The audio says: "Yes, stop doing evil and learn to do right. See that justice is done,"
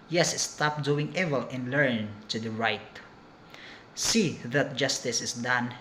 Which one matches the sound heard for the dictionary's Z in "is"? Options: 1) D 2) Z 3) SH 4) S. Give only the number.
4